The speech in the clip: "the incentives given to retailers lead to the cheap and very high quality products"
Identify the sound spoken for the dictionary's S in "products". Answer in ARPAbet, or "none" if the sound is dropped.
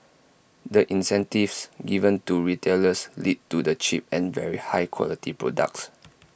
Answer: S